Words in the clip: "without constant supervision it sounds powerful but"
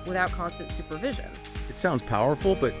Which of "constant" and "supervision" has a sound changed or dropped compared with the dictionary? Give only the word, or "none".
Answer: none